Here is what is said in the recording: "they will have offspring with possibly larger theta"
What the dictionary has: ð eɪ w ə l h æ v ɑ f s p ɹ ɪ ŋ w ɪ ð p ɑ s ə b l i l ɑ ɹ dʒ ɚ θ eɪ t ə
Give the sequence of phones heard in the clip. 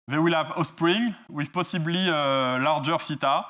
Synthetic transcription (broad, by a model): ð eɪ w ə l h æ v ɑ s p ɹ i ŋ w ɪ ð p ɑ s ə b l i l ɑ ɹ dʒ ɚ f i t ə